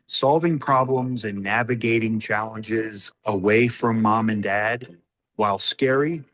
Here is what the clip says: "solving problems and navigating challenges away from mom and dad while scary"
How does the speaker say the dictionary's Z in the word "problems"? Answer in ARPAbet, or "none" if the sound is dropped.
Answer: Z